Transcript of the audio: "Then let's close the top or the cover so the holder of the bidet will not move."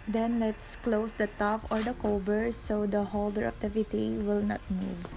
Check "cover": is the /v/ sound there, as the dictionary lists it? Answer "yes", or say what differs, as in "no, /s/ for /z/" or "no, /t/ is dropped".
no, /b/ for /v/